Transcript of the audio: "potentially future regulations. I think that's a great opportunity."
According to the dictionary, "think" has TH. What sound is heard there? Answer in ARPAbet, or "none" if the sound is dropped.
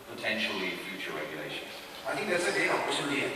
TH